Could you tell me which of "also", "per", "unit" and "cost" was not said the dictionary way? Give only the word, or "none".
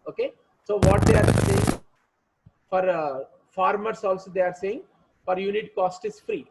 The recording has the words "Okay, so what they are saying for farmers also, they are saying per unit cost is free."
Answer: per